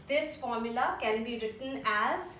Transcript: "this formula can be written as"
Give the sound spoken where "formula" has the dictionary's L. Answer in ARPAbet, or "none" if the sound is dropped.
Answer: L